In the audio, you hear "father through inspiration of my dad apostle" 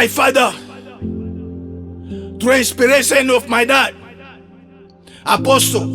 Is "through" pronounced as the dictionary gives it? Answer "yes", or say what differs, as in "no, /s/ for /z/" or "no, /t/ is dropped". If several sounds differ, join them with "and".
no, /t/ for /θ/